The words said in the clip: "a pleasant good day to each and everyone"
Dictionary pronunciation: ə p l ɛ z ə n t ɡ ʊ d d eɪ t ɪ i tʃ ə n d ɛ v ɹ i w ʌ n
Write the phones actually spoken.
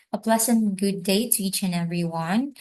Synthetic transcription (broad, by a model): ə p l ɛ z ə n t ɡ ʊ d d eɪ t ɪ i tʃ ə n ɛ v ɹ i w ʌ n